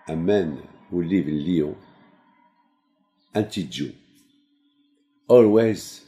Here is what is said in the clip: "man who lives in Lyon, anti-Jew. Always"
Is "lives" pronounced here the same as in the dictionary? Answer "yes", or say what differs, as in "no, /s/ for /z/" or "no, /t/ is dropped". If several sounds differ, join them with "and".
no, /z/ is dropped